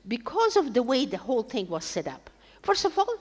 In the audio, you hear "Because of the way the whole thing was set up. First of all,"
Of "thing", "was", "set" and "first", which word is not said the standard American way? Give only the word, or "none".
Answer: first